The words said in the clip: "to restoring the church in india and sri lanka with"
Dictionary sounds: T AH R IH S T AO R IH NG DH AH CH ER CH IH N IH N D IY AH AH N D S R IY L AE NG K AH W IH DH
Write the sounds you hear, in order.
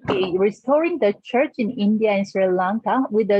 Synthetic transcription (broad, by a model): R IH S T AO R IH NG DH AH CH ER CH IH N IH N D IY AH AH N S R IY L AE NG K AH W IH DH